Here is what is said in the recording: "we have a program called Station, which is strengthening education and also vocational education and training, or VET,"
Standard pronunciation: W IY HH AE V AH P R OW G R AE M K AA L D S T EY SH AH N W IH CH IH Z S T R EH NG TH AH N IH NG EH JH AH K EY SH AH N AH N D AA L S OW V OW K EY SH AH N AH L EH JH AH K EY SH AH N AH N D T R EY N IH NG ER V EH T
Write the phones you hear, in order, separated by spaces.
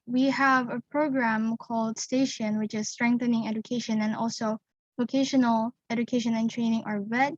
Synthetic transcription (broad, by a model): W IY HH AE V AH P R OW G R AE M K AA L D S T EY SH AH N W IH CH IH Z S T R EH NG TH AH N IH NG EH JH AH K EY SH AH N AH N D AA L S OW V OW K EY SH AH N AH L EH JH AH K EY SH AH N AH N T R EY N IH NG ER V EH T